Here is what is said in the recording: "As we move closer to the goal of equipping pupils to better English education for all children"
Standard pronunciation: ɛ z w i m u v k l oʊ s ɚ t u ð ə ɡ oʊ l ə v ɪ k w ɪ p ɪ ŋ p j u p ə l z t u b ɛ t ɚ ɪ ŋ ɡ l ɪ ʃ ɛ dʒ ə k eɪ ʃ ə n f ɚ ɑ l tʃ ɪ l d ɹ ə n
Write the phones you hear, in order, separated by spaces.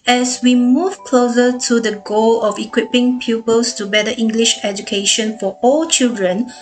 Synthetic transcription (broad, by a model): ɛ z w i m u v k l oʊ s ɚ t u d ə ɡ oʊ l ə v ɪ k w ɪ p ɪ ŋ p j u p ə l s t u b ɛ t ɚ ɪ ŋ ɡ l ɪ ʃ ɛ dʒ ə k eɪ ʃ ə n f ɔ ɑ l tʃ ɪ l d ɹ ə n